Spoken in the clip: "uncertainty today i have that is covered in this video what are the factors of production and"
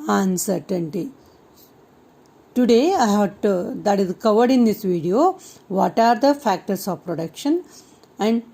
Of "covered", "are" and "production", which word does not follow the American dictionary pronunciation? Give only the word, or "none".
none